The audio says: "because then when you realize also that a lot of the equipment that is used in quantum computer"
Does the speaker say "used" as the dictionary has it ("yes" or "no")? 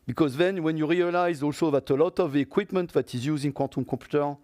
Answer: no